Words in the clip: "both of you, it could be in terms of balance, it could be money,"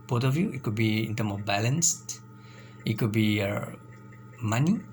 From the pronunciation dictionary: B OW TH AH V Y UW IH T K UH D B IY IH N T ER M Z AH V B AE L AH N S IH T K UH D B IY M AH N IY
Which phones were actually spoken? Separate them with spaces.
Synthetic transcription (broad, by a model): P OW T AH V Y UW IH T K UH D B IY IH N T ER M AH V B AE L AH N S IH T K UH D B IY M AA N IY